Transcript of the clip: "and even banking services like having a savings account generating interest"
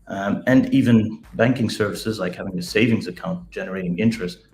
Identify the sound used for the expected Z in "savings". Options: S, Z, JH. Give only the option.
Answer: Z